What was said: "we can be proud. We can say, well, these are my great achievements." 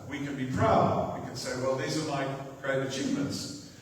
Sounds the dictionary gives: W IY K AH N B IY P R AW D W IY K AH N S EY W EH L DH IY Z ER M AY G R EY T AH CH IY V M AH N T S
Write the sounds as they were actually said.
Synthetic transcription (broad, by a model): W IY K AH N B IY P R AW D W IY K AH N S EY W EH L DH IY Z ER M AY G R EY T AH CH IY V M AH N T S